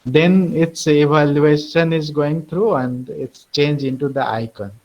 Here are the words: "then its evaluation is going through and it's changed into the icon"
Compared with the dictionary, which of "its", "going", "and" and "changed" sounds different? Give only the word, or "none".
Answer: changed